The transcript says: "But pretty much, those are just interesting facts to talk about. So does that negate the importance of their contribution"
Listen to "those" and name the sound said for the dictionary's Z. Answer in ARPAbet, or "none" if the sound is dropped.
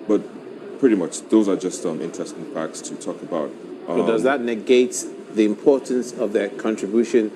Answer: Z